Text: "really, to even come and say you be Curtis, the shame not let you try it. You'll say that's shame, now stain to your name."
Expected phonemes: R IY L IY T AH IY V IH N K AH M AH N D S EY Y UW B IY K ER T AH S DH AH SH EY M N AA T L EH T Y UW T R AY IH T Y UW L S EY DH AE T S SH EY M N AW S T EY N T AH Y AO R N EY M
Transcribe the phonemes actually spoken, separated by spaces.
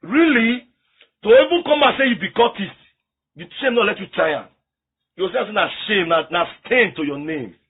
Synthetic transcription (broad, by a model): R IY L IY T AH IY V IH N K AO M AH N S EY Y UW B IY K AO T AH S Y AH SH EY M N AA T L EH T Y UW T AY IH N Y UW W S EY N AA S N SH EY M N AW S T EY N T AH Y AO N EY M